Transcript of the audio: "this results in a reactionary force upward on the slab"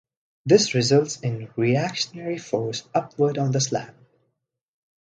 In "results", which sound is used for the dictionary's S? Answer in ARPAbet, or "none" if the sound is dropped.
S